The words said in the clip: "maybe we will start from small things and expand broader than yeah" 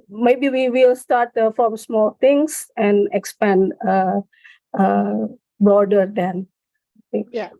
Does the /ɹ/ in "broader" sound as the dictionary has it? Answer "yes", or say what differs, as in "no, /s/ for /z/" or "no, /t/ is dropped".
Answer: yes